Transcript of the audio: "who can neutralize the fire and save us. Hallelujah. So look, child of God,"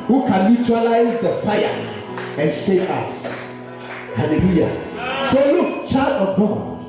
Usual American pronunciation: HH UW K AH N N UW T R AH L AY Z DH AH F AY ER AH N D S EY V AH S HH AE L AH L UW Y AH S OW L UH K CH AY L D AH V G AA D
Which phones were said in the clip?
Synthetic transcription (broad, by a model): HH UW K AH N L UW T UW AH L AY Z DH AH F AY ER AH N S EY AH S HH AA L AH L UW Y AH S OW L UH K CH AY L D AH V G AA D